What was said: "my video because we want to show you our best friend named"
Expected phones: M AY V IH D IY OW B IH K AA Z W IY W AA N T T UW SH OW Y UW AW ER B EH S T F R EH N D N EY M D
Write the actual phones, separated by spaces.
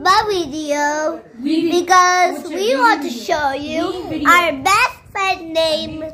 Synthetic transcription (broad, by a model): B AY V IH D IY OW B IH K AA Z W IY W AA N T T UW SH OW Y UW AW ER B EH S T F EH D N EY M